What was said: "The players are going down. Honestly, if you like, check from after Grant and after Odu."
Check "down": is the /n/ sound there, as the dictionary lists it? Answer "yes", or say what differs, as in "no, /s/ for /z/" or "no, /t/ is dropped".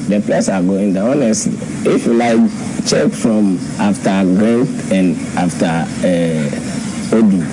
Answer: no, /n/ is dropped